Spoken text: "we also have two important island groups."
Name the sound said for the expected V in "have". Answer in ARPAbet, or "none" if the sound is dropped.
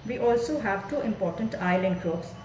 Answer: V